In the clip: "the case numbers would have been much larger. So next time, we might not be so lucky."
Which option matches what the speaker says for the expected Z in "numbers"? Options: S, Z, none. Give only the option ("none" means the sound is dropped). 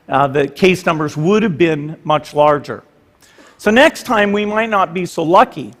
Z